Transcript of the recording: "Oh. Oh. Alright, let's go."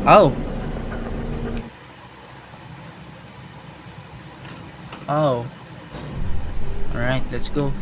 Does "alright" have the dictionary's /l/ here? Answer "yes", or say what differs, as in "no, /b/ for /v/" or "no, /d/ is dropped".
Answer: no, /l/ is dropped